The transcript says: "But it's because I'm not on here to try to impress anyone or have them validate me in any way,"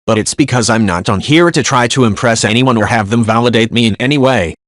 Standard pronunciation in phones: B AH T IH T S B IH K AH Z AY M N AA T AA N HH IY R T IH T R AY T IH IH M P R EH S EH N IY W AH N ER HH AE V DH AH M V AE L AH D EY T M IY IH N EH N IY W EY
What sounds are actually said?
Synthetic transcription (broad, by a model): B AH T IH T S B IH K AH Z AY M N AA T N HH IY R T IH T R AY T IH IH M P R EH S EH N IY W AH N ER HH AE V DH AH M V AE L AH D EY T M IY IH N EH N IY W EY